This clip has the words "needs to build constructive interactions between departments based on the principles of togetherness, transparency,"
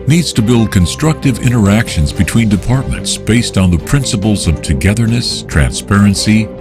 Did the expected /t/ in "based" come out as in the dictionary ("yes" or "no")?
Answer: yes